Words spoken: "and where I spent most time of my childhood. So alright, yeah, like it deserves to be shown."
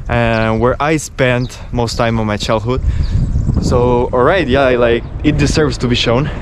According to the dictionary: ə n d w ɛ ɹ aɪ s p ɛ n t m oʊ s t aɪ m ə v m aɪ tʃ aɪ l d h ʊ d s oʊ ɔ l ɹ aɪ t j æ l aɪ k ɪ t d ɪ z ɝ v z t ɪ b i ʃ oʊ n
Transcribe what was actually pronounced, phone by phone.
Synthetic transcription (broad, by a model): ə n w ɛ ɹ aɪ s p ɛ n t m oʊ s t aɪ m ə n m aɪ tʃ aɪ l d h ʊ d s oʊ ɔ l ɹ aɪ t j æ l aɪ k ɪ t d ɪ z ɝ v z t ɪ b i ʃ oʊ n